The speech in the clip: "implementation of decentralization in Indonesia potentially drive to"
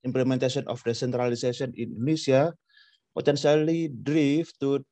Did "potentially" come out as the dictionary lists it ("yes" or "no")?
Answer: no